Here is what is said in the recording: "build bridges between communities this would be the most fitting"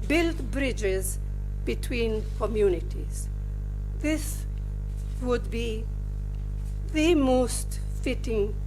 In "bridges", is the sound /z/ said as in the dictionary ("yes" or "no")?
yes